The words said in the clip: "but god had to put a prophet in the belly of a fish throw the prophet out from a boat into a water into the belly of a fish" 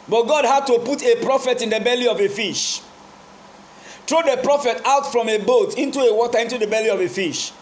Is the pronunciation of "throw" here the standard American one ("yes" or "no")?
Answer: no